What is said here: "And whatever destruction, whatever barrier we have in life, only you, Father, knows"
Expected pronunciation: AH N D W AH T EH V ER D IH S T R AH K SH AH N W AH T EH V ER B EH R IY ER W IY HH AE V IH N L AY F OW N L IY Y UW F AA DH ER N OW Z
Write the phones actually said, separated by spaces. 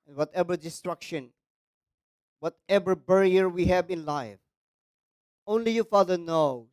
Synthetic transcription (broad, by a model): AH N W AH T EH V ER D IH S T R AH K SH AH N W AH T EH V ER B EH R IY ER W IY HH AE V IH N L AY F OW N L IY Y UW F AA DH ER N OW